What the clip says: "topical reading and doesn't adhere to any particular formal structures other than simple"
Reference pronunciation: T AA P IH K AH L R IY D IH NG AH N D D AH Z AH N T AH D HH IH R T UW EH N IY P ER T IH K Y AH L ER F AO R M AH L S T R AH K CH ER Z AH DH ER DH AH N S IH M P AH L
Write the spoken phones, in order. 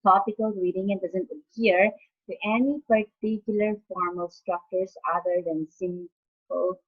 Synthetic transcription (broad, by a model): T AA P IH K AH L R IY D IH NG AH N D D AH Z AH N T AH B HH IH R T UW EH N IY P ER T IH K Y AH L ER F AO R M AH L S T R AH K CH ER S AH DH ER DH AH N S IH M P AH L